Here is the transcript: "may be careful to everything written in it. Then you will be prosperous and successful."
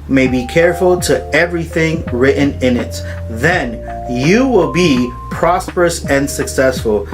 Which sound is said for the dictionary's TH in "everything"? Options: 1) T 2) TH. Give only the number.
2